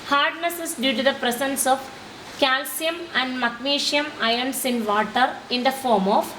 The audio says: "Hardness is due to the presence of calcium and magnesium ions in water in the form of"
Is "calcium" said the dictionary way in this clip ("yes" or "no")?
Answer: yes